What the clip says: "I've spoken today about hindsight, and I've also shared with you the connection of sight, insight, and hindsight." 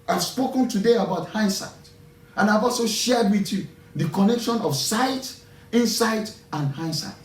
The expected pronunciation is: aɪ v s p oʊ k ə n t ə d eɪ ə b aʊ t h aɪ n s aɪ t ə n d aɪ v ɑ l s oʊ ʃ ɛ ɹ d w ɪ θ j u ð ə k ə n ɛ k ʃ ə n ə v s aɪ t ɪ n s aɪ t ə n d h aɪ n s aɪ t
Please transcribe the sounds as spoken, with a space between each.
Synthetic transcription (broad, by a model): aɪ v s p oʊ k ə n t ə d eɪ ə b aʊ t h aɪ n s aɪ t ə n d aɪ v ɑ l s oʊ ʃ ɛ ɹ d w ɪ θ j u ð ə k ə n ɛ k ʃ ə n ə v s aɪ t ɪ n s aɪ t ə n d h aɪ n s aɪ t